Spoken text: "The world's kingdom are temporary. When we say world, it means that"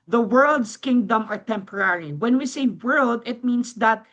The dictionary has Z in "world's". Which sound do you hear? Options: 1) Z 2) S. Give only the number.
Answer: 2